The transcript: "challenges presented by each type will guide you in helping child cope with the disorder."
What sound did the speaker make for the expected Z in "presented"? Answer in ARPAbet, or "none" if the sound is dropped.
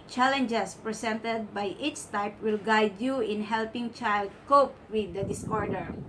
S